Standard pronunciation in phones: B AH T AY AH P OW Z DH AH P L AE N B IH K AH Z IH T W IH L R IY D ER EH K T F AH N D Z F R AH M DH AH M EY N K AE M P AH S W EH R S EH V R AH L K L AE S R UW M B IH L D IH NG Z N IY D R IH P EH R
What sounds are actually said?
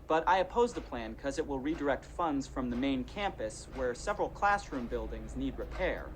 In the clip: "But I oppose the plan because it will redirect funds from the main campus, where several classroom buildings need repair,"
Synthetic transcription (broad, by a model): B AH T AY AH P OW Z DH AH P L AE N K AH Z IH T W IH L R IY D ER EH K T F AH N D Z F R AH M DH AH M EY N K AE M P AH S W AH R S EH V R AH L K L AE S R UW M B IH L D IH NG Z N IY D R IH P EH R